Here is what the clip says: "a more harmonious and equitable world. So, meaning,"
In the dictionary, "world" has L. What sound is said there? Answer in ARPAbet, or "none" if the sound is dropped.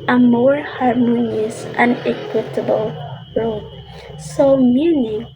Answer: none